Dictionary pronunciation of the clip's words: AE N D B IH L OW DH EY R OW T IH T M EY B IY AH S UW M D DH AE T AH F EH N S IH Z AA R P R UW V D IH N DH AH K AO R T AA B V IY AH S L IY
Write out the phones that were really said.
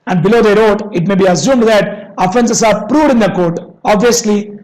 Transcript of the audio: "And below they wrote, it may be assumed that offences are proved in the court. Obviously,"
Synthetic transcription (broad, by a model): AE N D B IH L OW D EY R OW T IH T M EY B IY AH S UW M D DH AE T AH F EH N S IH S AA R P R UW V D IH N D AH K AO R T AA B V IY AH S L IY